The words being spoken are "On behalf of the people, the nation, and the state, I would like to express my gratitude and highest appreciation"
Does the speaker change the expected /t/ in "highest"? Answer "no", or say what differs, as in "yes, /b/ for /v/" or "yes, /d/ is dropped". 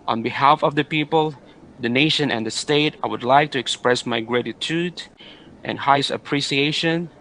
yes, /t/ is dropped